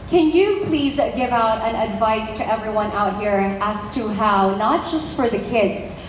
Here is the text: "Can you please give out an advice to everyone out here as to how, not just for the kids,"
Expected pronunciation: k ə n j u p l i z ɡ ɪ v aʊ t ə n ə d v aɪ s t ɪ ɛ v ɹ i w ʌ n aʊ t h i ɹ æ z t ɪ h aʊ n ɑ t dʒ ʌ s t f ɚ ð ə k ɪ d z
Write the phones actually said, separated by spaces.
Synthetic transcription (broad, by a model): k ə n j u p l i z ɡ ɪ v aʊ t ə n ə d v aɪ s t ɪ ɛ v ɹ i w ʌ n aʊ t h i ɹ æ z t ɪ h aʊ n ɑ t dʒ ʌ s t f ɚ ð ə k ɪ d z